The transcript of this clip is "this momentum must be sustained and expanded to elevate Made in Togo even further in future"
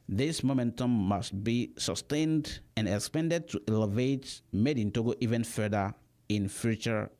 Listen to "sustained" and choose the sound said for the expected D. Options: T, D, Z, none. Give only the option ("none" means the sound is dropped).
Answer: D